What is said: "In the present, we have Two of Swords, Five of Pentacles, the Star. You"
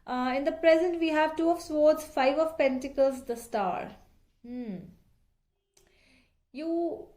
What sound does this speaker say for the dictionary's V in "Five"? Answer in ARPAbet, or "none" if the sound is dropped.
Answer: V